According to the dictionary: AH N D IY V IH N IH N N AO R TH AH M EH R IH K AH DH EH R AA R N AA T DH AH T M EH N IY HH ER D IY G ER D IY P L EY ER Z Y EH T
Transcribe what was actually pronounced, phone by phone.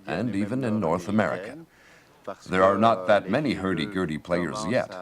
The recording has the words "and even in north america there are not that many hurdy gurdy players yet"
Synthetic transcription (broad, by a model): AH N D IY V IH N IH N N AO R TH AH M EH R IH K AH DH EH R AA R N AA T DH AH T M EH N IY HH ER D IY G ER D IY P L EY ER Z Y EH T